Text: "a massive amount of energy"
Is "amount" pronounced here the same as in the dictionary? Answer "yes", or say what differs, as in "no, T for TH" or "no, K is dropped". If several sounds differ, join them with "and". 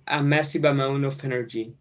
no, T is dropped